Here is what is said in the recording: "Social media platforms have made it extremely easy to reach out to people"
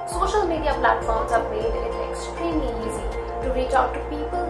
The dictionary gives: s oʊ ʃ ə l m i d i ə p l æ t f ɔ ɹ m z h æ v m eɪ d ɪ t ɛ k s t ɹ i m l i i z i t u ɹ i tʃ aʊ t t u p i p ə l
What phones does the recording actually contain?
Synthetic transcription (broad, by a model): s oʊ ʃ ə l m i d i ə p l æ t f ɔ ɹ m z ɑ b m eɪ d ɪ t ɛ k s t ɹ i m l i i z i t u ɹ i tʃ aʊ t t u p i p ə l